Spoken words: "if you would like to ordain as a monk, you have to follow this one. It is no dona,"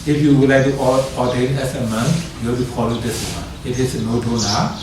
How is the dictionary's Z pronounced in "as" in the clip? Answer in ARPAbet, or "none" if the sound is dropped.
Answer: S